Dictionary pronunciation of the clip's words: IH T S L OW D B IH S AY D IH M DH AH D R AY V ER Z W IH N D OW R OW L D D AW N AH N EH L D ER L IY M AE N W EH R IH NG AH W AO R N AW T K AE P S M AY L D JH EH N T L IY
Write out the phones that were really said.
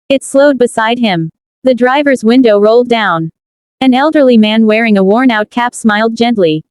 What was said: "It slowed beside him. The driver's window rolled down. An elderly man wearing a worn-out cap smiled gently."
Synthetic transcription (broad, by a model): IH T S L OW D B IH S AY D IH M DH AH D R AY V ER Z W IH N D OW R OW L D D AW N AH N EH L D ER L IY M AE N W EH R IH NG AH W AO R N AW T K AE P S M AY L D JH EH N T L IY